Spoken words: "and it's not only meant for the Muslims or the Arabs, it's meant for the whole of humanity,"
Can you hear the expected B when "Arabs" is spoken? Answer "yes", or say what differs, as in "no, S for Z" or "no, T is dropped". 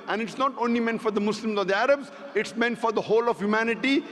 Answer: yes